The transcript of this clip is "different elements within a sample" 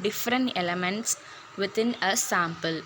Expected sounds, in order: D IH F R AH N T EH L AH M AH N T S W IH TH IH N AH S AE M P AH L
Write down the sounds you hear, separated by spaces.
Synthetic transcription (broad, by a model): D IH F R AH N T EH L AH M AH N T S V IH T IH N AH S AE M P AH L